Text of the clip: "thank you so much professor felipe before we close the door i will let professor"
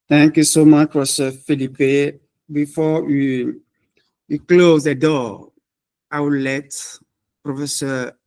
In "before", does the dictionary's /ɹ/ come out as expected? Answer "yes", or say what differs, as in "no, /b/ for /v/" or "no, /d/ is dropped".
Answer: no, /w/ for /ɹ/